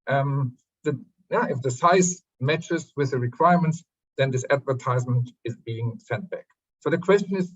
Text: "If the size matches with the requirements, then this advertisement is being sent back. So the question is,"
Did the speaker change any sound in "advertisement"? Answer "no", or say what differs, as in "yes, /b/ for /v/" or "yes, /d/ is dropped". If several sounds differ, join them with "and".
no